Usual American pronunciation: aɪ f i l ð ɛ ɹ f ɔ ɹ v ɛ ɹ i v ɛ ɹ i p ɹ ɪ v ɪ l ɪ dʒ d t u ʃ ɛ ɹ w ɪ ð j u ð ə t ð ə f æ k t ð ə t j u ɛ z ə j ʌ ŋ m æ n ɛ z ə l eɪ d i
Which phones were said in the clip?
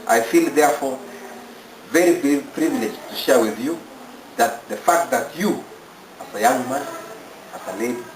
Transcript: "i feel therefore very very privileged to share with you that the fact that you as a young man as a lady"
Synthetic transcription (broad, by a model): aɪ f i l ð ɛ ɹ f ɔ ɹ v ɛ ɹ i b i l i p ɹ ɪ v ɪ l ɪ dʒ t u ʃ ɛ ɹ w ɪ ð j u ð ə t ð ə f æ k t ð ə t j u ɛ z ə j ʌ ŋ m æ n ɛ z ə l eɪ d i